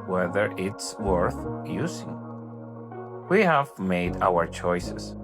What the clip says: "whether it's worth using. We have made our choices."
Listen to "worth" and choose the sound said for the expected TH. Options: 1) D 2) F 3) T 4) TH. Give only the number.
4